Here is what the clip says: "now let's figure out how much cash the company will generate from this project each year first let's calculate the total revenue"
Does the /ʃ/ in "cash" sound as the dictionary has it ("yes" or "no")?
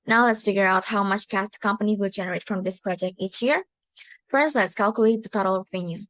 no